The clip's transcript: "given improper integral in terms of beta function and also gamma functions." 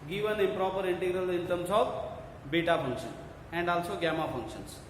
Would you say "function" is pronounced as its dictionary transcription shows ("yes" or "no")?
no